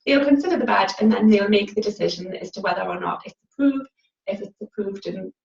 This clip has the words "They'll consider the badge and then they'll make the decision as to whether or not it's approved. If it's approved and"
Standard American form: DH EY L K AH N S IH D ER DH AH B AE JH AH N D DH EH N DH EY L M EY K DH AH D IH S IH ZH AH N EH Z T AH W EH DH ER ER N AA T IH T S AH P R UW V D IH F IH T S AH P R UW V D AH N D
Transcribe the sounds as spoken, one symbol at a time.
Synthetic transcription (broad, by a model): DH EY L K AH N S IH D ER DH AH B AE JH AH N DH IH N DH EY L M EY K DH AH D IH S IH ZH AH N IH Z T AH W EH DH ER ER N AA T IH T S AH P R UW V D IH F IH T S AH P R UW V D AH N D